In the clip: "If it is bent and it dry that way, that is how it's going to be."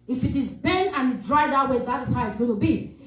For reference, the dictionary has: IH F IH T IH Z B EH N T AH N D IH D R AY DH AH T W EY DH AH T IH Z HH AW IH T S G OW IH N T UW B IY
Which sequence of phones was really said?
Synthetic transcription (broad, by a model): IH F IH T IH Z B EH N AH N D IH D R AY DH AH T W EY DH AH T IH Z HH AW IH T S G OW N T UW B IY